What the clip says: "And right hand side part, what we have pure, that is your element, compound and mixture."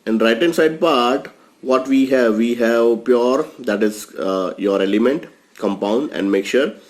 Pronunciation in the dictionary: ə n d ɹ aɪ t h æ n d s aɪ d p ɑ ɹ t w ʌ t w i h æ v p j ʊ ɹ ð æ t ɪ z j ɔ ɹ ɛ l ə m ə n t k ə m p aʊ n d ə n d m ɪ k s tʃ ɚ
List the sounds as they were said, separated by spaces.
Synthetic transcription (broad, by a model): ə n d ɹ aɪ t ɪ n s aɪ d p ɑ ɹ t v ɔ t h i h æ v p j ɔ ɹ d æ t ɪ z j ɔ ɹ ɛ l ə m ə n t k ə m p aʊ n d ə n d m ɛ k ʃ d